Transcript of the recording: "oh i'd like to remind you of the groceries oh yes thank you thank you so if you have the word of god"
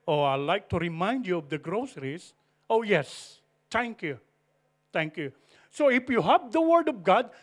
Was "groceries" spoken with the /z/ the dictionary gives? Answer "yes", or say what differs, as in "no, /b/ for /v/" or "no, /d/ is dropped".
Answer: no, /s/ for /z/